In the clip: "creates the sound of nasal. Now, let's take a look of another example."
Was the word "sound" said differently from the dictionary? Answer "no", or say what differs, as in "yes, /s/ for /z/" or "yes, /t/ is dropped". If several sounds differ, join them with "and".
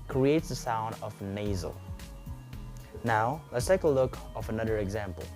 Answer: no